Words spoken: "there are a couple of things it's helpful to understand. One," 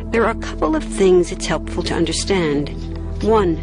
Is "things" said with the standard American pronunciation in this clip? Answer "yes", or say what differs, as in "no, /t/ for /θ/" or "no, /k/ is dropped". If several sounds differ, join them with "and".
yes